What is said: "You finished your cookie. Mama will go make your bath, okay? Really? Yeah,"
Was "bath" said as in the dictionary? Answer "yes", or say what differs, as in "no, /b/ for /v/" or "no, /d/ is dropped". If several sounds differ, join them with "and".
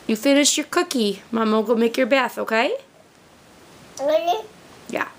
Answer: yes